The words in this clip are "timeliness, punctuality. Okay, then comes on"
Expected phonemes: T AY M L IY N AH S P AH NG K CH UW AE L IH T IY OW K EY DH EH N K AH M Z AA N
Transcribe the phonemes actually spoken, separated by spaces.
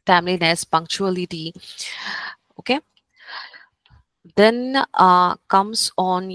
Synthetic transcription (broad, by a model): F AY M L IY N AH S P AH NG K CH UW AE L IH T IY OW K EY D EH N K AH M S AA N